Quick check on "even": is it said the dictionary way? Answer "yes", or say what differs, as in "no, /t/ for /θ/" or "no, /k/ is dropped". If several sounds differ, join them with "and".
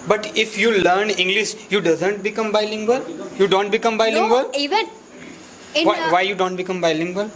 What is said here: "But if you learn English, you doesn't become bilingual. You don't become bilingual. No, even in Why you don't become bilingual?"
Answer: no, /n/ is dropped